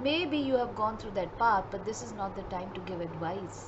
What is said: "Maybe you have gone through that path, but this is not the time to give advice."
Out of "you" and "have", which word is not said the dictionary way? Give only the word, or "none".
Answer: none